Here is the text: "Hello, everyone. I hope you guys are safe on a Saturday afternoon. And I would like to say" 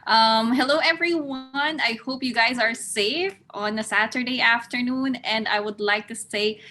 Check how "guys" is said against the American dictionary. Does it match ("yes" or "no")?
yes